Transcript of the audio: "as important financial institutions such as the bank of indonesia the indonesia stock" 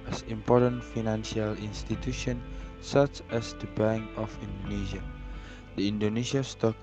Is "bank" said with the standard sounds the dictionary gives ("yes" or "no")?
no